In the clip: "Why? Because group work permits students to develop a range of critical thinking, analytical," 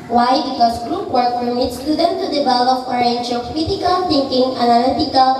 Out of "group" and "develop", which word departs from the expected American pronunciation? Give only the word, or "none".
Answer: develop